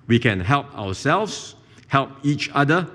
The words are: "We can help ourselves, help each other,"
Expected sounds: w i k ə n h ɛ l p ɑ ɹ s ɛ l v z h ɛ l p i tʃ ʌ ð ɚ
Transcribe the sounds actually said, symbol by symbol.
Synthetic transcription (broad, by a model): w i k ə n h ɛ l p ɑ w s ɛ l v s h ɛ l p i tʃ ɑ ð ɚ